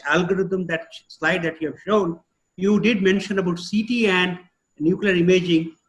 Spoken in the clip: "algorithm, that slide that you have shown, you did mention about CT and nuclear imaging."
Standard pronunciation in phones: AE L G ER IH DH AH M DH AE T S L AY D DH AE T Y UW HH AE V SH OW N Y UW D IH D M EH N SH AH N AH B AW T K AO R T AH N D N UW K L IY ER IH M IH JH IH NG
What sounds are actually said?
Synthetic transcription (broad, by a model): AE L G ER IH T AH M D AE T S L AY D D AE T Y UW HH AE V SH OW N Y UW D IH D M EH N SH AH N AH B AW T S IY T AH N D N UW K L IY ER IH M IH JH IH NG